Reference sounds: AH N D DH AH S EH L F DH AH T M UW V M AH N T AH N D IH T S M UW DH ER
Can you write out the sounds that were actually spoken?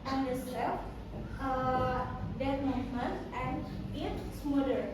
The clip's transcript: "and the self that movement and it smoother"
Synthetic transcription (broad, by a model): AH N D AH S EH F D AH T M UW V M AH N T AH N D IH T S M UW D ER